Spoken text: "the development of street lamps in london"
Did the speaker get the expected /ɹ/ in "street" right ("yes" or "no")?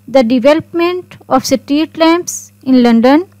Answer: no